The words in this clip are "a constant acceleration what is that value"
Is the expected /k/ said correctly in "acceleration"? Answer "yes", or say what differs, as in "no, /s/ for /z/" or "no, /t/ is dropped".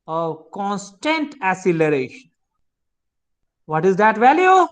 no, /k/ is dropped